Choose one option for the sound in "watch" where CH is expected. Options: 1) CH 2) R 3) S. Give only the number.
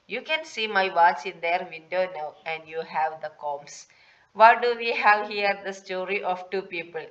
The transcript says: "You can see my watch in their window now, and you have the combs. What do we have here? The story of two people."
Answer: 3